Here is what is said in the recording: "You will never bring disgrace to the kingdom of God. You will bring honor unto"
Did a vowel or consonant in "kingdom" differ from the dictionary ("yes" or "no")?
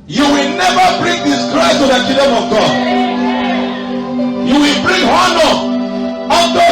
yes